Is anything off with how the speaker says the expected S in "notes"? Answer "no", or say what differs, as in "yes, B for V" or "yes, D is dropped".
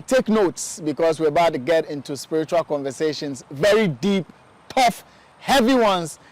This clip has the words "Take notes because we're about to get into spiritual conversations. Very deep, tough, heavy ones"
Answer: no